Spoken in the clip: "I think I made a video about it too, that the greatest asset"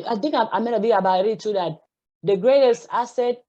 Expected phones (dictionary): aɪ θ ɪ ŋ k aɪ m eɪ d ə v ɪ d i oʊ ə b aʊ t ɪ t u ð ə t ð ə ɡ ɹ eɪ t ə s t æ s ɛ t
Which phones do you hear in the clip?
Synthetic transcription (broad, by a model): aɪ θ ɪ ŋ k aɪ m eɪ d ə b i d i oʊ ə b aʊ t ɪ t u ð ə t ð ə ɡ ɹ eɪ t ə s t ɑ s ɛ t